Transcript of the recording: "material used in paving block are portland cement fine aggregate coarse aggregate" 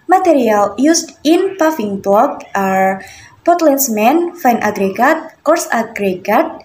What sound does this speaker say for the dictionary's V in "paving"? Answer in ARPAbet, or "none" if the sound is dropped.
F